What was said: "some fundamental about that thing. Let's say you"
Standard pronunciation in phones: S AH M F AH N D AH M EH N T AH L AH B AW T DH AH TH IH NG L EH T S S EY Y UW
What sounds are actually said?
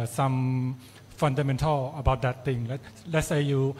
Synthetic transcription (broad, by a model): S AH M F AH N D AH M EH N T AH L AH B AW T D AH T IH NG L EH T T S EY Y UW